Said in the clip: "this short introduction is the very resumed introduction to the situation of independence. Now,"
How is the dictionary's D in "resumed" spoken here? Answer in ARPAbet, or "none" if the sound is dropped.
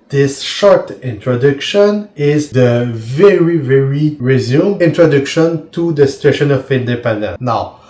none